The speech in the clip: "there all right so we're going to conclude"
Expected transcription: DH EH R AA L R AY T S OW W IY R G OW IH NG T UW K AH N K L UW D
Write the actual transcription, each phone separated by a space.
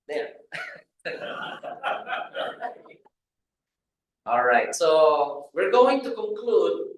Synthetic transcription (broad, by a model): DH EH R AA L R AY T S OW W IY R G OW IH NG T UW K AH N K L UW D